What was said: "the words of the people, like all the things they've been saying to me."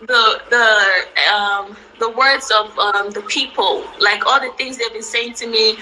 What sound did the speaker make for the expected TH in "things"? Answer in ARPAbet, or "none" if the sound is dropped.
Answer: TH